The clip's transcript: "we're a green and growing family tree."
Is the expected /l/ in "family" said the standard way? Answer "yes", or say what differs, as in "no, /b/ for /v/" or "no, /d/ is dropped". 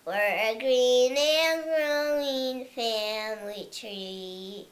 yes